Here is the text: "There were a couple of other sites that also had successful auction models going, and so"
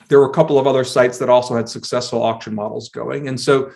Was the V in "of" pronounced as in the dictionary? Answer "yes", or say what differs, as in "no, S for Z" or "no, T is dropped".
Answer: yes